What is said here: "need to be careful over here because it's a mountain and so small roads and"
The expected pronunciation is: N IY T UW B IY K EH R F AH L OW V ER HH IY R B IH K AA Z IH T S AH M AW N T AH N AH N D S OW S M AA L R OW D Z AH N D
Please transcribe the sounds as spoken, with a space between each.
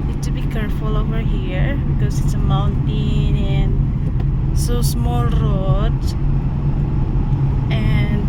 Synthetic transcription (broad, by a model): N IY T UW B IY K EH R F AH L OW V ER HH IY R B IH K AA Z IH T S AH M AW N T AH N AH N S OW S M AA L R OW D AH N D